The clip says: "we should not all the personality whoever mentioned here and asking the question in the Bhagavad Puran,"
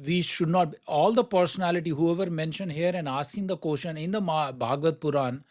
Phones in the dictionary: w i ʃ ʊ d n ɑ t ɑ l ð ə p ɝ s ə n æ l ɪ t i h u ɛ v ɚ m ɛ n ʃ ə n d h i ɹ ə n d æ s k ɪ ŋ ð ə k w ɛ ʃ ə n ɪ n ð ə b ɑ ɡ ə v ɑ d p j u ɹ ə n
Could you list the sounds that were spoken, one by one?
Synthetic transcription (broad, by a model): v i ʃ ʊ d n ɑ t ɑ l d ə p ɝ s ə n æ l ɪ t i h u ɛ v ɚ m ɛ n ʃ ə n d h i ɹ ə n d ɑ s ɪ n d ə k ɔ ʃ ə n ɪ n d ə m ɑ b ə v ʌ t p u ɹ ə n